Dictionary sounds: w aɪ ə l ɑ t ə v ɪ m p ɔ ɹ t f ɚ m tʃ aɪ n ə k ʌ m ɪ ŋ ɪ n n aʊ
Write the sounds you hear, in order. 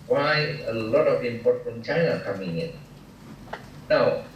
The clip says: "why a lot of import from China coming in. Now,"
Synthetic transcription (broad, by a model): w aɪ ə l ɑ t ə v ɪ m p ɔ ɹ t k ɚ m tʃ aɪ ə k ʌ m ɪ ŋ ɪ n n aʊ